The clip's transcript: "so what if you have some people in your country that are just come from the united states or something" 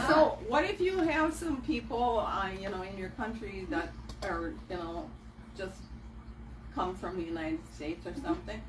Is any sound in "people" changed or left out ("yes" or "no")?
yes